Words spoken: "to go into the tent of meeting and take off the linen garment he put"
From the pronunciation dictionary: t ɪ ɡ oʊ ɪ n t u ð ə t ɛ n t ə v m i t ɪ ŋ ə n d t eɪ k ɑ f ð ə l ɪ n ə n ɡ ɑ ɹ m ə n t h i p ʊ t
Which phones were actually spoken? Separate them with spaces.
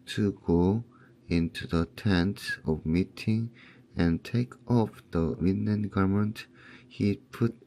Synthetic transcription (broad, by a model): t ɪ ɡ oʊ ɪ n t u ð ə t ɛ n t ə v m i t ɪ ŋ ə n t eɪ k ɑ f ð ə w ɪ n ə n ɡ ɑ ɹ m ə n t h i p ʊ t